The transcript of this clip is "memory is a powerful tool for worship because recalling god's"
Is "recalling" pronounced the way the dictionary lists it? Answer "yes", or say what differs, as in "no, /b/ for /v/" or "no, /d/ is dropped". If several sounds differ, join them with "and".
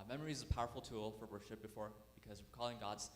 no, /w/ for /ɹ/